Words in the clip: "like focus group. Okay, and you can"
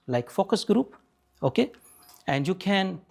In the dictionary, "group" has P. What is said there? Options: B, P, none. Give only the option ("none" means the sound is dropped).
P